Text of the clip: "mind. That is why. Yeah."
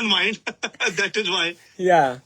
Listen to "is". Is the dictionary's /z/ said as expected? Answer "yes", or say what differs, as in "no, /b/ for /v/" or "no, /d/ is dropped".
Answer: yes